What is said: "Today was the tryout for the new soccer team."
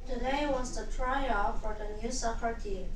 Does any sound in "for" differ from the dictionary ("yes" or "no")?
no